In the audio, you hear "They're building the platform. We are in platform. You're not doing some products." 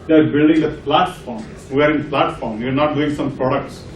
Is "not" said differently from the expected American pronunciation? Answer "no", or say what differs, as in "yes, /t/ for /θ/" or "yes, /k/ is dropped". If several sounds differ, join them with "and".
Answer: no